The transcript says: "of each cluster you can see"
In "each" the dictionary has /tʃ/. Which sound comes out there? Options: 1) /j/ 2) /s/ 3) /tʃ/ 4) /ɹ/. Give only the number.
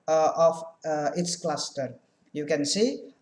2